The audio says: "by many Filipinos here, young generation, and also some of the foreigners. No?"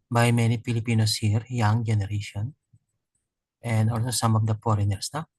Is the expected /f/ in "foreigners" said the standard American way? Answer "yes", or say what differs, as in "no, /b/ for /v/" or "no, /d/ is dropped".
no, /p/ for /f/